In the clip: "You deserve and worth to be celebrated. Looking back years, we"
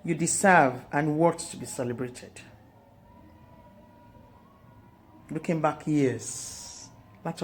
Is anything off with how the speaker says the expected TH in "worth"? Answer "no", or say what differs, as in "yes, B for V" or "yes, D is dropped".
yes, T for TH